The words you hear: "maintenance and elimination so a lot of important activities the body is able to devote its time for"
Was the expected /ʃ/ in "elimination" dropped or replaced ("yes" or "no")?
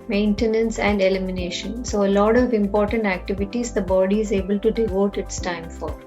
no